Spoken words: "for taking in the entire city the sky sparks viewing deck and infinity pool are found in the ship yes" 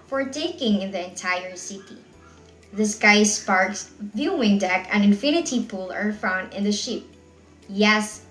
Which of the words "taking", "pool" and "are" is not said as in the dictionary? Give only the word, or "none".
none